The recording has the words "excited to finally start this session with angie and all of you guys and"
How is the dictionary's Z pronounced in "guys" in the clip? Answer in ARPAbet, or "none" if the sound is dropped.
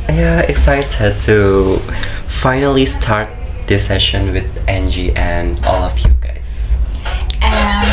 none